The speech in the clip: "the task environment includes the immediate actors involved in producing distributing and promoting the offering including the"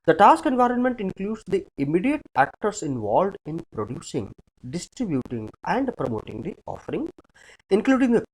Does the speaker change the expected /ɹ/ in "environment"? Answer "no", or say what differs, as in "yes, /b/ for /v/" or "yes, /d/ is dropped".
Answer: no